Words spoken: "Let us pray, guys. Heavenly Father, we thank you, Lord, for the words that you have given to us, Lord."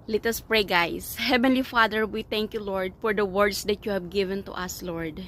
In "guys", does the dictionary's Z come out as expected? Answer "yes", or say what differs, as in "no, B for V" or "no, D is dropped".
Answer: no, S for Z